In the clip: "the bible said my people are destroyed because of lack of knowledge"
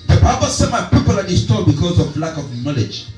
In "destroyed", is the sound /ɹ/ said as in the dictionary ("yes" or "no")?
no